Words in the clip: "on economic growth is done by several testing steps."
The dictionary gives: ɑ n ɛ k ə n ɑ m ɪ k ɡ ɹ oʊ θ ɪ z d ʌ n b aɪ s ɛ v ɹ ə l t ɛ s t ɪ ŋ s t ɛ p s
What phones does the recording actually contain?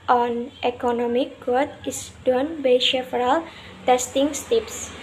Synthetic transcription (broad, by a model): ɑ n ɛ k ə n ɑ m ɪ k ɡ oʊ t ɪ s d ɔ n b aɪ ʃ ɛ f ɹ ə l t ɛ s t ɪ ŋ s t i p s